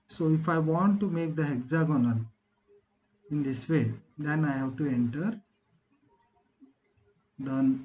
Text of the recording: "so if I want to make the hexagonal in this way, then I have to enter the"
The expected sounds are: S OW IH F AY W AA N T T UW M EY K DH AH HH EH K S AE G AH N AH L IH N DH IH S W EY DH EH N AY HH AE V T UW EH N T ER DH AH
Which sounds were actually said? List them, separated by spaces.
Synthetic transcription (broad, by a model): S OW IH F AY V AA N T T UW M EY K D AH HH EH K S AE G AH N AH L IH N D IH S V EY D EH N AY HH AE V T UW EH N T ER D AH